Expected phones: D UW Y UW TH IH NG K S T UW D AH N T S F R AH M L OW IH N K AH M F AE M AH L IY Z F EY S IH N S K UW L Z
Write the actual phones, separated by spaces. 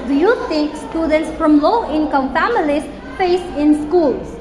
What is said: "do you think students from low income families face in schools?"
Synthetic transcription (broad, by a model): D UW Y UW T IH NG K S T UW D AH N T S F R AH M L OW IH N K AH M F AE M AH L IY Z F EY S IH N S K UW L